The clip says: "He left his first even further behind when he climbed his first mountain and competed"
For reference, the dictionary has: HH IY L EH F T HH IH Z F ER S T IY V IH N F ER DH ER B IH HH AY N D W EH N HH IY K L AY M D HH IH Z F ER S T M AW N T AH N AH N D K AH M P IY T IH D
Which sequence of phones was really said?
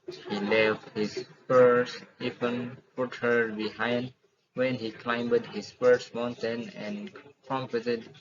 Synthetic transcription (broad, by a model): HH IY L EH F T HH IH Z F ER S IY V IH N P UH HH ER B IH HH AY N D W EH N HH IY K L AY M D HH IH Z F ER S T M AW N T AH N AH N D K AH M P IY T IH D